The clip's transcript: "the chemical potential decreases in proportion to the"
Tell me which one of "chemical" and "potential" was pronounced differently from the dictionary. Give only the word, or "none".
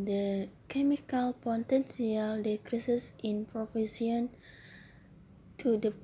potential